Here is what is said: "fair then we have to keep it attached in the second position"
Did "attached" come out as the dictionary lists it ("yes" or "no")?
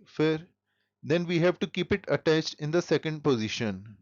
yes